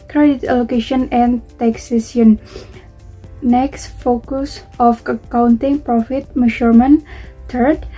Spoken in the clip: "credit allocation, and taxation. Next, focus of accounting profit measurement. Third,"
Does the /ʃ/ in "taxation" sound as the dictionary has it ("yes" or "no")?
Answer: no